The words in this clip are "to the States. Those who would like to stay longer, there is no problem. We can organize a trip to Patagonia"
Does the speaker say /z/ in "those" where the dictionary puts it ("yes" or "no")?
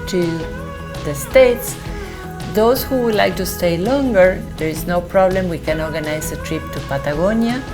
no